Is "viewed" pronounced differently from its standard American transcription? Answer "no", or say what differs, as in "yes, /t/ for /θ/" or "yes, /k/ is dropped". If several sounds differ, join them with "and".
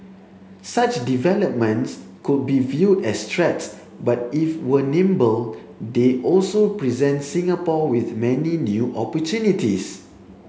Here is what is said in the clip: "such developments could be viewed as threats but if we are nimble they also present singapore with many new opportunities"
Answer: no